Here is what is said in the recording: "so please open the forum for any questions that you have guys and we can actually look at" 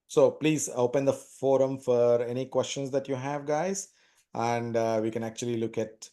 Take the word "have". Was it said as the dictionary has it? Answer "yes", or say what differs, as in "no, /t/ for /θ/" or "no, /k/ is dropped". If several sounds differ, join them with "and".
yes